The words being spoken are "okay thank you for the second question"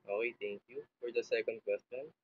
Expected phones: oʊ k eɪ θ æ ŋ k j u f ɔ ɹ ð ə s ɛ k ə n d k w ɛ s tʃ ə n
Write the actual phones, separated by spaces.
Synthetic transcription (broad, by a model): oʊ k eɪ t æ ŋ k j u f ɔ ɹ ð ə s ɛ k ə n d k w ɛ s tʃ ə n